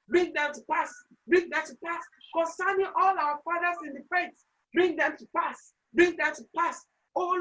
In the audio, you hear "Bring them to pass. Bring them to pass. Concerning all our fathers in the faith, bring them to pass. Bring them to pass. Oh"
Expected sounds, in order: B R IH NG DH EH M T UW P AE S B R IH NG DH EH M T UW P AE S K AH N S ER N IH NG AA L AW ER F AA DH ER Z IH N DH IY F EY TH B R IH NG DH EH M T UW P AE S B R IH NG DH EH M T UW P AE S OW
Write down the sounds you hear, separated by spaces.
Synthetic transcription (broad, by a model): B R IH NG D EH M T UW P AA S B R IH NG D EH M T UW P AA S K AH N S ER N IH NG AA L AW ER F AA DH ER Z IH N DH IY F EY T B R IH NG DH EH M T UW P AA S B R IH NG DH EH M T UW P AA S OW